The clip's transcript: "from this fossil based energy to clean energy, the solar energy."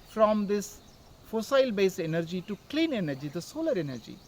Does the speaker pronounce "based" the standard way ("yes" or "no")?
no